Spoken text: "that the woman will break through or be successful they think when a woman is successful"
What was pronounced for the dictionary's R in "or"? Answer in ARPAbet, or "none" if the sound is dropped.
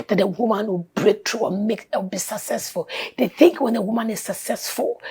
W